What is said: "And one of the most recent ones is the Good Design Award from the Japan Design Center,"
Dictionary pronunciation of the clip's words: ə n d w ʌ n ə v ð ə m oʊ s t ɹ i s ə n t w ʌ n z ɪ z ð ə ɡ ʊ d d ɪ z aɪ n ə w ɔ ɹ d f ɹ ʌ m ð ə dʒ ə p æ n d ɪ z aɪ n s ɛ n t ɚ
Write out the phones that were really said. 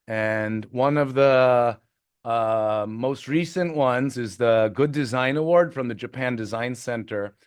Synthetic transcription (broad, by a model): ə n w ʌ n ə v ð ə m oʊ s t ɹ i s ə n t w ʌ n z ɪ z ð ə ɡ ʊ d d ɪ z aɪ n ə w ɔ ɹ d f ɹ ʌ m ð ə dʒ ə p æ n d ɪ z aɪ n s ɛ n t ɚ